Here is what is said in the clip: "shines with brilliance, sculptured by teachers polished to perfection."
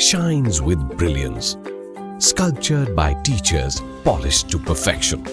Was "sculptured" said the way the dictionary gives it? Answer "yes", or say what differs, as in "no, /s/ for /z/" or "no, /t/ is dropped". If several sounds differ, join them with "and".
yes